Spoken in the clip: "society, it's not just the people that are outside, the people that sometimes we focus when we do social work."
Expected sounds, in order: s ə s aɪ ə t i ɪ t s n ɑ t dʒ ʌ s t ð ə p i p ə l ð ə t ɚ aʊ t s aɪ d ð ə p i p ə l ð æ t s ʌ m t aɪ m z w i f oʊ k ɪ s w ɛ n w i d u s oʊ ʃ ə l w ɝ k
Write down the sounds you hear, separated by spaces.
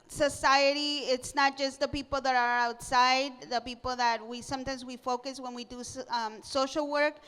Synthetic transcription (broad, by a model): s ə s aɪ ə t i ɪ t s n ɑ t dʒ ʌ s t ð ə p i p l ð ə t ɚ aʊ t s aɪ d ð ə p i p l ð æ t s ʌ m t aɪ m z w i f oʊ k ɪ s w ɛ n w i d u s oʊ ʃ l w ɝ k